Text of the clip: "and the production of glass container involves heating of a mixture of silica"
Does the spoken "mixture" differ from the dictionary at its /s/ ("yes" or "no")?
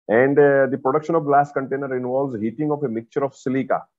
yes